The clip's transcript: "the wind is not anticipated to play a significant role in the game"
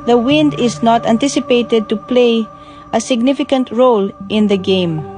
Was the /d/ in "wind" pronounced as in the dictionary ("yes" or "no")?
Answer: yes